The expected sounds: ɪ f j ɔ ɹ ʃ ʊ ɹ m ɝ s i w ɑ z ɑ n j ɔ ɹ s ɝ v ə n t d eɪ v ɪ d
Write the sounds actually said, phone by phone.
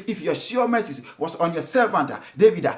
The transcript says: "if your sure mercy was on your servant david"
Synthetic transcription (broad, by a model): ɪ f j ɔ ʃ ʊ m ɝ s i w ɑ s ɑ n j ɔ s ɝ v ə n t d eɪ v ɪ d